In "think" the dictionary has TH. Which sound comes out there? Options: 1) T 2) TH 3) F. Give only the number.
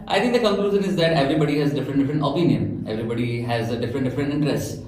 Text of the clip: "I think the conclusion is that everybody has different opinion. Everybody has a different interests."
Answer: 1